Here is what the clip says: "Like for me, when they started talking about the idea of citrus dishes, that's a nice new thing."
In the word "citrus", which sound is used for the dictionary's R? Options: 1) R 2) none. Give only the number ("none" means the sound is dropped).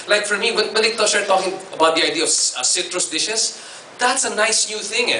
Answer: 1